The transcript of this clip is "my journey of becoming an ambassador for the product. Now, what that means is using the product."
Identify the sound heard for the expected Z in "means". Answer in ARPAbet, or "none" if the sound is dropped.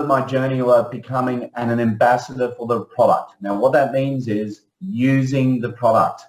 Z